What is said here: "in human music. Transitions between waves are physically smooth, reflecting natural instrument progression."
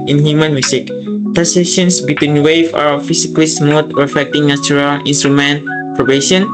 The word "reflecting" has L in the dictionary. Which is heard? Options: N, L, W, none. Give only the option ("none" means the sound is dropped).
none